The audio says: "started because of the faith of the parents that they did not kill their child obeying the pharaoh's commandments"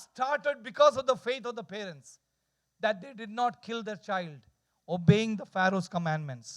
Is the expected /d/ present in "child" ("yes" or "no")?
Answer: yes